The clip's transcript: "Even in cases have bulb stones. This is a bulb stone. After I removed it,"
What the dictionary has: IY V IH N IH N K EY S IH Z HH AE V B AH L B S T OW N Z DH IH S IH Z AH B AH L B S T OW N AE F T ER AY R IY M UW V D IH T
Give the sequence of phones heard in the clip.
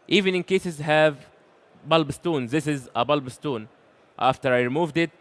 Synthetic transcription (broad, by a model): IY V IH N IH N K EY S IH Z HH AE V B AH L B S T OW N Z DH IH S IH Z AH B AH L B S T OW N AE F T ER AY R IY M UW V D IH T